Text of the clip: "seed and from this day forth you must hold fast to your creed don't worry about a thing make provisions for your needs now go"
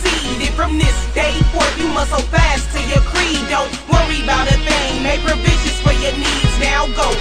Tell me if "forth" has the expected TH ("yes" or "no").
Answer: no